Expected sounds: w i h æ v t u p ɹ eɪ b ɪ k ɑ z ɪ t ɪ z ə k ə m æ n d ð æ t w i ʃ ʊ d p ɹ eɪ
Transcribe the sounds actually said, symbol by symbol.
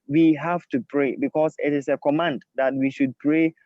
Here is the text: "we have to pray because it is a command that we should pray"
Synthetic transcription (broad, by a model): w i h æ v t u p ɹ eɪ b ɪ k ɑ s ɪ t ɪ s ə k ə m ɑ n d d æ t w i ʃ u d p ɹ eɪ